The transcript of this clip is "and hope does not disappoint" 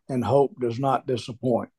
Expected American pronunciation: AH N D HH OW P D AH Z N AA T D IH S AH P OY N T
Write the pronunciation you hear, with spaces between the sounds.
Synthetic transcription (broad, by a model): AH N HH OW P D AH Z N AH T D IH S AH P OY N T